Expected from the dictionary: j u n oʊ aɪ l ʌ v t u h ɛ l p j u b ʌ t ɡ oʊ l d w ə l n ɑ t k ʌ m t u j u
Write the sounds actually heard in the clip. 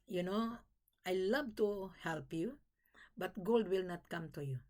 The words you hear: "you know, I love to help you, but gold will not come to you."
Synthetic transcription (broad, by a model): j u n oʊ aɪ l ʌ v t u h ɛ l p j u b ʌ t ɡ oʊ l d w ə l n ɑ t k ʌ m t u j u